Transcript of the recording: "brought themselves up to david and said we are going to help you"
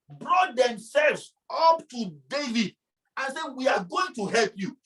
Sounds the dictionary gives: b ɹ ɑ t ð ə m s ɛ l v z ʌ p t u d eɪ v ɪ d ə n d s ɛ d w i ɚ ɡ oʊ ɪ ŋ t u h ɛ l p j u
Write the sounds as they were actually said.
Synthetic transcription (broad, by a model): b ɹ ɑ t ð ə m s ɛ l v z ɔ p t u d eɪ v ɪ d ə n s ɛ w i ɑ ɡ oʊ ɪ ŋ t u h ɛ l p j u